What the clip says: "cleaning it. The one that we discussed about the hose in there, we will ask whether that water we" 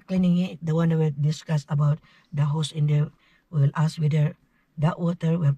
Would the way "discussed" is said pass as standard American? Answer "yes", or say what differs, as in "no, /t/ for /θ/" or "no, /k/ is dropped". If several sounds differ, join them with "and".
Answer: no, /t/ is dropped